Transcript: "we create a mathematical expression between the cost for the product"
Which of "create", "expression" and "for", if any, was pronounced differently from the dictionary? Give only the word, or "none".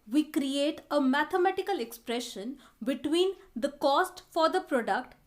none